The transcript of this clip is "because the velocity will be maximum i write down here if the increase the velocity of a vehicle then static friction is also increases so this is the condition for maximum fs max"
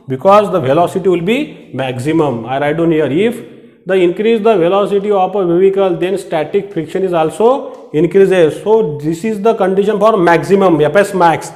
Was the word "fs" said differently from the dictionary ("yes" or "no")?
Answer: yes